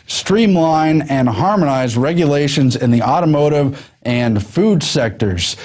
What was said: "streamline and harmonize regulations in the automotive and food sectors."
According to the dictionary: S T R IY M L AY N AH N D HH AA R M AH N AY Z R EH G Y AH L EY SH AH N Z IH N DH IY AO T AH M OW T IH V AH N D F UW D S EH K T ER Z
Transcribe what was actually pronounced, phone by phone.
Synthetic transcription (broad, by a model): S T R IY M L AY N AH N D HH AA R M AH N AY Z R EH G Y AH L EY SH AH N Z IH N DH IY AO T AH M OW T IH V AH N F UW D S EH K T ER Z